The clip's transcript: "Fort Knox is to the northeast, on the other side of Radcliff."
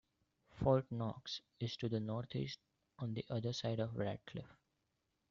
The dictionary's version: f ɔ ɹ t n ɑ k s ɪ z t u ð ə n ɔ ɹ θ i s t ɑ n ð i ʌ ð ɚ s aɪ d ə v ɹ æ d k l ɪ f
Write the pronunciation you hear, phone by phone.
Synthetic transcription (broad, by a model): f ɔ l t n ɑ k s ɪ z t u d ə n ɔ ɹ t i s t ɑ n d i ʌ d ɚ s aɪ d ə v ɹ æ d k l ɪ f